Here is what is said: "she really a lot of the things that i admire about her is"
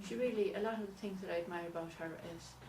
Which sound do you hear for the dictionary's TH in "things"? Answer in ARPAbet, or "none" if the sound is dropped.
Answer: TH